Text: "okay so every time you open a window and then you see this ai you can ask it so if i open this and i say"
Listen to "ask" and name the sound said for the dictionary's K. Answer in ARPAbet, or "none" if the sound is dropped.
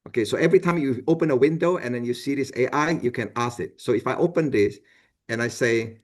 none